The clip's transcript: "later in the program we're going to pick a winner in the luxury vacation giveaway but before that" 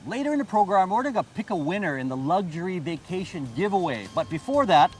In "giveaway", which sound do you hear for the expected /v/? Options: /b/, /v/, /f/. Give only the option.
/v/